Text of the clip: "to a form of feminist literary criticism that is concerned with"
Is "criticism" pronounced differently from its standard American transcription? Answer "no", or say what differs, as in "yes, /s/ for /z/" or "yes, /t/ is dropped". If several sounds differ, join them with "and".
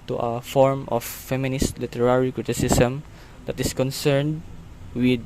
yes, /s/ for /z/